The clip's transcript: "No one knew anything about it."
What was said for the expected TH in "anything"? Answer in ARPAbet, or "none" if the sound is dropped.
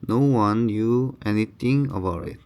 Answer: T